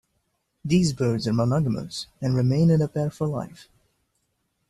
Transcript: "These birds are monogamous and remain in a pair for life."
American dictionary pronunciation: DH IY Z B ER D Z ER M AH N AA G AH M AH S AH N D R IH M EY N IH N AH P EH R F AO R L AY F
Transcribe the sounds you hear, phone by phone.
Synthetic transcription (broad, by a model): DH IY Z B ER D Z ER M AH N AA G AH M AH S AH N R IH M EY N IH N AH P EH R F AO L L AY F